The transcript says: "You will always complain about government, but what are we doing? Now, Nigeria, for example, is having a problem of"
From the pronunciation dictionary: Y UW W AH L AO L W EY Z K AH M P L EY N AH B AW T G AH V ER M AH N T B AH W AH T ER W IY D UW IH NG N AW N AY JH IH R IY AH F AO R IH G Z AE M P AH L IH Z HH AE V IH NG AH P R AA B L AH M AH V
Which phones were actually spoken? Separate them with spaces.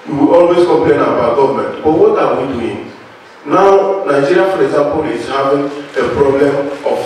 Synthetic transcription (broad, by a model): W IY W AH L AO L W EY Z K AH M P L EY N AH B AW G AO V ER M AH N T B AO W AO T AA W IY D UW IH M N AW N AY JH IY R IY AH F AO R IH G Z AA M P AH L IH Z HH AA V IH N AH P R AA B L AH M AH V